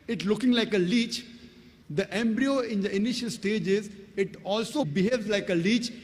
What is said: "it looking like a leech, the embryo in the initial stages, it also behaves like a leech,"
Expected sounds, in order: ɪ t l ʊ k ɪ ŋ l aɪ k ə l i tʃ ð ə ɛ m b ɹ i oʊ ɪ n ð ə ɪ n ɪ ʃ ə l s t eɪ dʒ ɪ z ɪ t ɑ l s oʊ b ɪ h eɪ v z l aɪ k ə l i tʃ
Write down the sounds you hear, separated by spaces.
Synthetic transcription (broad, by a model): ɪ t l ʊ k ɪ ŋ l aɪ k ə l i tʃ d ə ɛ m b ɹ i oʊ ɪ n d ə ɪ n ɪ ʃ ə l s t eɪ dʒ ɪ z ɪ t ɑ l s oʊ b ɪ h eɪ v z l aɪ k ə l i tʃ